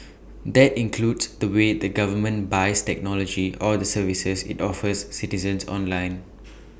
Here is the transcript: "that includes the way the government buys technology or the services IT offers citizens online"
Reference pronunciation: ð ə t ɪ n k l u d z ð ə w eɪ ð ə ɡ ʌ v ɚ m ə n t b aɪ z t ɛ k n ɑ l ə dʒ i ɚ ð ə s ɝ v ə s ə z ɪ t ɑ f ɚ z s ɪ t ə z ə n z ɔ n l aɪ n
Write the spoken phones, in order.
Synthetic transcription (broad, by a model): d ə t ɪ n k l u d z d ə w eɪ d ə ɡ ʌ v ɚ m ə n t b aɪ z t ɛ k n ɑ l ə dʒ i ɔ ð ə s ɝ v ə s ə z ɪ t ɑ f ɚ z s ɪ t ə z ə n s ɔ n l aɪ n